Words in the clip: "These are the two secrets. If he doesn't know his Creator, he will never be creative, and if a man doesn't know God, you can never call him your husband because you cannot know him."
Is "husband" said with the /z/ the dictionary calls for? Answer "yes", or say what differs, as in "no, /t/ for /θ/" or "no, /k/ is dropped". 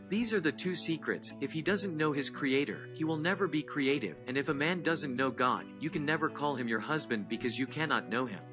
yes